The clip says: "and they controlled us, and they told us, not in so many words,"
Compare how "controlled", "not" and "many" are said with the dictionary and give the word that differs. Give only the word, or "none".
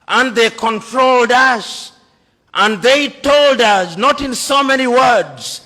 none